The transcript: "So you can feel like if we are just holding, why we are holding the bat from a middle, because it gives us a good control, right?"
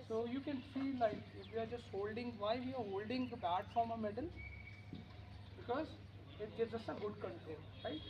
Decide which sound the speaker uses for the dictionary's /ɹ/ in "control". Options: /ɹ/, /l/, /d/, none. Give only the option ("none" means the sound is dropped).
none